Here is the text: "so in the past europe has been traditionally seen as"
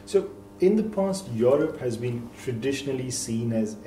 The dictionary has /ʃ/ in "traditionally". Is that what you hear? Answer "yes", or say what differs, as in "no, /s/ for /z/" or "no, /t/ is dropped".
yes